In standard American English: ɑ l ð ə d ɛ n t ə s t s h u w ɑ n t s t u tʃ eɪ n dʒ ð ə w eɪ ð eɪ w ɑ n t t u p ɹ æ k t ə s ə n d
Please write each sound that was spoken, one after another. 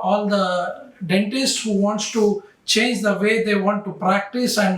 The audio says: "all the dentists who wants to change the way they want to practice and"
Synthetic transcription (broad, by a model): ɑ l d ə d ɛ n t ə s t s h u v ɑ n t s t u tʃ eɪ n dʒ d ə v eɪ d eɪ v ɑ n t t u p ɹ æ k t ə s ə n d